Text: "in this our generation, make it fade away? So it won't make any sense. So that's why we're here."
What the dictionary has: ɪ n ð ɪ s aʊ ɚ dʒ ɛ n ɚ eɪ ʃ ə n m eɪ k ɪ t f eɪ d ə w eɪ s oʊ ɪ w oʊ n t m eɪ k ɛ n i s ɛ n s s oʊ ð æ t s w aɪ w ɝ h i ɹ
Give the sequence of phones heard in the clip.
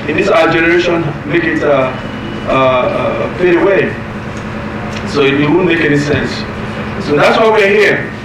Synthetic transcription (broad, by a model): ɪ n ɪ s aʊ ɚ dʒ ɛ n ɚ eɪ ʃ ə n m eɪ k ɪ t p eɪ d ə w eɪ s oʊ ɪ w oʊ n m eɪ k ɛ n i s ɛ n s s oʊ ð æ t s w aɪ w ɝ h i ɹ